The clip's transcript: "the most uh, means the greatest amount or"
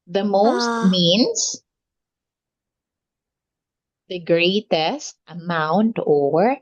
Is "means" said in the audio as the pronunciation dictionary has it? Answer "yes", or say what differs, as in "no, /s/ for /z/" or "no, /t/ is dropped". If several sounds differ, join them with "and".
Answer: no, /s/ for /z/